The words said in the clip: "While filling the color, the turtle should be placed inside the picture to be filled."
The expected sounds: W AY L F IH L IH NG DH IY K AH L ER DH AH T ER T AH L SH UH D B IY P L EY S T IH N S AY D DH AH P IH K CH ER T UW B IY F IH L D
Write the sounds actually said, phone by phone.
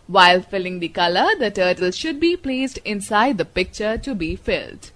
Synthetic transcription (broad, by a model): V AY L F IH L IH NG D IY K AH L ER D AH T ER T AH L SH UH D B IY P L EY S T IH N S AY D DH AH P IH K CH ER T UW B IY F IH L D